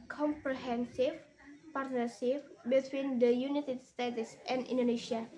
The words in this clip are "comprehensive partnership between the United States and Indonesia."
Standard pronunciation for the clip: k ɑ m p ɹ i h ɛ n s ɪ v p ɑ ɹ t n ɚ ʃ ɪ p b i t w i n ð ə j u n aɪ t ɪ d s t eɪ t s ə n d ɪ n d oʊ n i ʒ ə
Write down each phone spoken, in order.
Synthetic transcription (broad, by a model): k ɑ m p ɹ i h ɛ n s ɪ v p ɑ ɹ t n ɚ s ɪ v b i t w i n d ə j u n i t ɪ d s t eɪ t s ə n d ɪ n d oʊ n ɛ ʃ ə